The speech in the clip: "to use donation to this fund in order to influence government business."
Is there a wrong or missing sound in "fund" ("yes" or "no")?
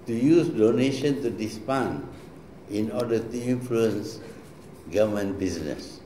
yes